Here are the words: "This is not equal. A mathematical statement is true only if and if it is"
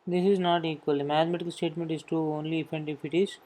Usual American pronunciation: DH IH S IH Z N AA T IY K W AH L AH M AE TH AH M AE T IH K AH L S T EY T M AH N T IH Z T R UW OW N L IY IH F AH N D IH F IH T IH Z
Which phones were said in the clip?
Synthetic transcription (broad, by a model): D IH S IH Z N AA T IY K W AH L AH M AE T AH M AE T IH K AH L S T EY T M AH N T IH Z T UW OW N L IY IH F AH N D IH F IH T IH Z